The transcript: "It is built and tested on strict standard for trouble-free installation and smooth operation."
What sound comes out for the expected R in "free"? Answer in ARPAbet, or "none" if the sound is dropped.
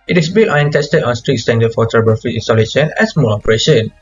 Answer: none